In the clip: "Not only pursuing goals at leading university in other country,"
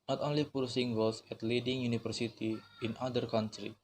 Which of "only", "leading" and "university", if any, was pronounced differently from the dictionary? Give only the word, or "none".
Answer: university